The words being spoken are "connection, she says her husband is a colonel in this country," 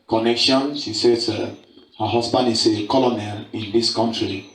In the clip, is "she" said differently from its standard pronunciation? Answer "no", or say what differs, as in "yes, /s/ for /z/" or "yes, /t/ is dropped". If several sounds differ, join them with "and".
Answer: yes, /s/ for /ʃ/